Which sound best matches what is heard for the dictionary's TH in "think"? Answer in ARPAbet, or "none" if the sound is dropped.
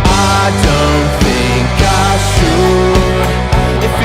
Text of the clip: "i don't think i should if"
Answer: TH